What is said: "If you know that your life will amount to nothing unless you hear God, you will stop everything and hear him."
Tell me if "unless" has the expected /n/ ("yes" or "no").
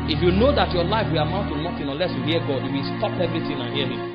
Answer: no